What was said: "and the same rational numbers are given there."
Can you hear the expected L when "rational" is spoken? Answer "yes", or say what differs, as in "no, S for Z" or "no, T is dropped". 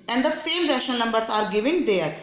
no, N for L